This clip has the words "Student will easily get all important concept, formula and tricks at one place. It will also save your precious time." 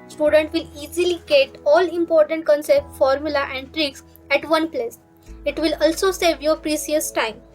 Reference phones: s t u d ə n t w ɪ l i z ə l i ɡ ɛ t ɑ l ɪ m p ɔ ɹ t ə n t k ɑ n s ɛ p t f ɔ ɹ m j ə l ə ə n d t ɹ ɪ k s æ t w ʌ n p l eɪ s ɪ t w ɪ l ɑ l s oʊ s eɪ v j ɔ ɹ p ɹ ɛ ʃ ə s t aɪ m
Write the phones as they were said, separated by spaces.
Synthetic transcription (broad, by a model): s t u d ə n t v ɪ l i z ə l i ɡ ɛ t ɑ l ɪ m p ɔ ɹ t ə n t k ɑ n s ɛ p t f ɔ ɹ m j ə l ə ə n d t ɹ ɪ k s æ t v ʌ n p l eɪ s ɪ t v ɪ l ɑ l s oʊ s eɪ v j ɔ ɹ p ɹ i s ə s t aɪ m